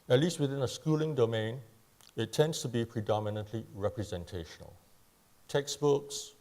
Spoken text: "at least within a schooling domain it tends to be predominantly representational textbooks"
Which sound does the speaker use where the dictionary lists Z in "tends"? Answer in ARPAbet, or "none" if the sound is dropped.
S